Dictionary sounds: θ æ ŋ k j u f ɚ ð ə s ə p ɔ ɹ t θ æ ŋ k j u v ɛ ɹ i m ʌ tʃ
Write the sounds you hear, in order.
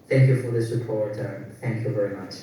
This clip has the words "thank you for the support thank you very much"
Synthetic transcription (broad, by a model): θ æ ŋ k j u f ɚ ð ə s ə p ɔ ɹ t θ æ ŋ k j u v ɛ ɹ i m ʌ tʃ